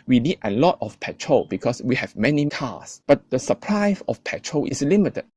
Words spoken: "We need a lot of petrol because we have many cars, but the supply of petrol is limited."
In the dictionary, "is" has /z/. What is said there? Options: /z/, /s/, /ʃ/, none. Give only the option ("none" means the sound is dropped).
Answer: /s/